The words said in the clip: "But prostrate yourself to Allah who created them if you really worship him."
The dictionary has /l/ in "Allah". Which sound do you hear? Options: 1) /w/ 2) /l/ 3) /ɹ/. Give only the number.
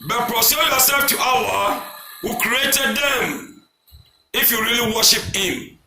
1